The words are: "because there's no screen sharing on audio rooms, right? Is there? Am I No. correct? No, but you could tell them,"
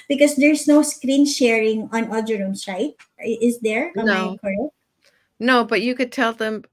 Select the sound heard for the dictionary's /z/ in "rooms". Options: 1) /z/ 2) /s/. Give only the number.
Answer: 2